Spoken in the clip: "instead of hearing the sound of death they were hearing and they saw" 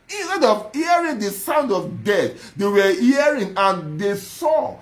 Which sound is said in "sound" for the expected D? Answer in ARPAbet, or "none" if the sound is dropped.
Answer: D